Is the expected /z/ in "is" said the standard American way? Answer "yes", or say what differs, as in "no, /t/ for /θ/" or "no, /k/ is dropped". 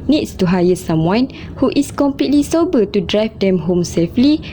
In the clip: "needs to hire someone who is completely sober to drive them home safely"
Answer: no, /s/ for /z/